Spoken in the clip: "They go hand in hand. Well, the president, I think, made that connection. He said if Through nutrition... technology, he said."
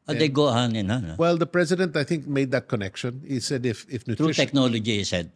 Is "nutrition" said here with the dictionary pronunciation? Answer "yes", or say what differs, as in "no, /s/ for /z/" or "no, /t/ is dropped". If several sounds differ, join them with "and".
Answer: no, /ʃ/ is dropped